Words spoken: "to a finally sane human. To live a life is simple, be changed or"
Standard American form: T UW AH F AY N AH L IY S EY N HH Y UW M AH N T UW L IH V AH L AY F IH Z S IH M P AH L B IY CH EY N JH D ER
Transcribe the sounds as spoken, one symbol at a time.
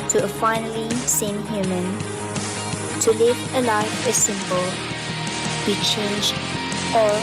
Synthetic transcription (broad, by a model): T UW AH F AY N AH L IY S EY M HH Y UW M AH N T UW L IH V AH L AY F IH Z S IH M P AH L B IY CH EY N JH ER